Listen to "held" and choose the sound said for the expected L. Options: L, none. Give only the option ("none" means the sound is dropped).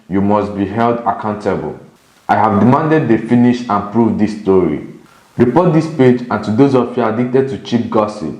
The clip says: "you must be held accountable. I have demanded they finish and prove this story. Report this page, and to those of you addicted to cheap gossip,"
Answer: L